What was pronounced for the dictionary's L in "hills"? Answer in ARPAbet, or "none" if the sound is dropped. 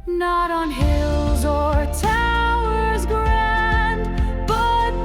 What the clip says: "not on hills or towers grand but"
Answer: L